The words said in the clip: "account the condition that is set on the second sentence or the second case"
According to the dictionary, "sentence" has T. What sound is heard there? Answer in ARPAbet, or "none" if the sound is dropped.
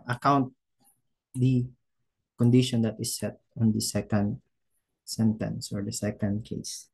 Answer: T